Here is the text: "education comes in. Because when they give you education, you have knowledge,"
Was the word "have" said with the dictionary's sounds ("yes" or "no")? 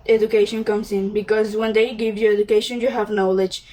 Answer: yes